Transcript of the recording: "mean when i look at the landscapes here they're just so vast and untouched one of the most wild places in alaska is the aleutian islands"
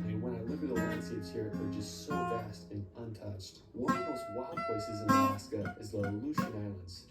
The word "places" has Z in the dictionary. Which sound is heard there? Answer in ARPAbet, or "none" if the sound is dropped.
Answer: Z